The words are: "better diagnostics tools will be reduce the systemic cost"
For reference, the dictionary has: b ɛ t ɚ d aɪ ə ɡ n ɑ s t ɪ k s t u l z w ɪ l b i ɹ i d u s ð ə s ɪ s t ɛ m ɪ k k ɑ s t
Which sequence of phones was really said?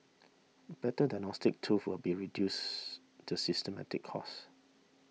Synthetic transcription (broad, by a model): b ɛ t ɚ d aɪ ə n ɑ s t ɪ k t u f w ɪ l b i ɹ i d u s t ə s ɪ s t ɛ m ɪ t k ɑ s